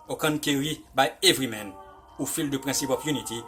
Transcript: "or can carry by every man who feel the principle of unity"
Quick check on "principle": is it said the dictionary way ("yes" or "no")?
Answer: no